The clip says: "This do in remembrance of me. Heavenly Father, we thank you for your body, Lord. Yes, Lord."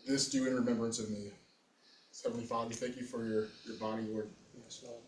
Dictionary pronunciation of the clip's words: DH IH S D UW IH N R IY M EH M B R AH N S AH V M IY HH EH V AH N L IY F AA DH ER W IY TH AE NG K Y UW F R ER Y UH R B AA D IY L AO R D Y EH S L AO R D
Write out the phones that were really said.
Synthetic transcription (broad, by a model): DH IH S D UW IH N R IY M EH M B R AH N S AH V M IY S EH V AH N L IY F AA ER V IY TH AE NG K Y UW F R ER Y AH R B AA D IY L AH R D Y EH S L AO